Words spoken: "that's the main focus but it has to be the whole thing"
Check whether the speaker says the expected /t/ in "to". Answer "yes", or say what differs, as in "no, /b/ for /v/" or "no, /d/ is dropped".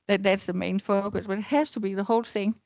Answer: yes